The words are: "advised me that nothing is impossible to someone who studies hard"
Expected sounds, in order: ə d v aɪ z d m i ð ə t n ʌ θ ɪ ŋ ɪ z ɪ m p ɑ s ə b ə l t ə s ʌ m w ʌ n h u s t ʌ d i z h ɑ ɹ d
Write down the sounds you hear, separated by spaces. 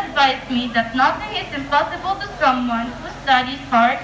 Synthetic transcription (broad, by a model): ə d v aɪ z m i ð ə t n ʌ t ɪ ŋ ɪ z ɪ m p ɑ s ə b ə l t ə s ʌ m w ʌ n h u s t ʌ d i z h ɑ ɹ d